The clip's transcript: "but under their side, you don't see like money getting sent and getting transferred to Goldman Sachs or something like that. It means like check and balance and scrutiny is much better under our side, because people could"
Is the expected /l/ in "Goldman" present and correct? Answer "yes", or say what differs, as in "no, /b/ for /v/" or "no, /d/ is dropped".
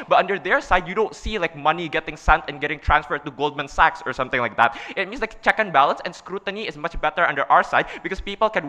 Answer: yes